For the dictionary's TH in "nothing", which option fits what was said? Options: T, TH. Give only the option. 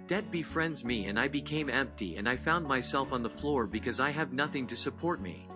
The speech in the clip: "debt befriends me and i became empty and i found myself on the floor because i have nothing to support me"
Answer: TH